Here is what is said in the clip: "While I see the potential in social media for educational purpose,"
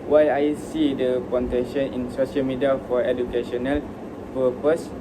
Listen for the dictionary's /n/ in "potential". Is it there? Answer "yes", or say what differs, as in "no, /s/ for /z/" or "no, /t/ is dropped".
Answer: no, /n/ is dropped